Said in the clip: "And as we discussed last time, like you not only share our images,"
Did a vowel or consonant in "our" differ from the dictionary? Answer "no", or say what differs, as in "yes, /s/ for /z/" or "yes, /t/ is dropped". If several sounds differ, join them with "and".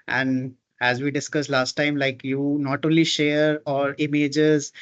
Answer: no